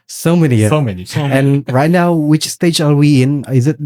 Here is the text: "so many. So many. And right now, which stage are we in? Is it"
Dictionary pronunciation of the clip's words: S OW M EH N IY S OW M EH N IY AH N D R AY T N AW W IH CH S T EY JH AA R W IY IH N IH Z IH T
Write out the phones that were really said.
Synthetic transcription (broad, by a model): S OW M EH N IY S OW M EH N IY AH N R AY T N AW W IH CH S T EY JH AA L W IY IH N IH Z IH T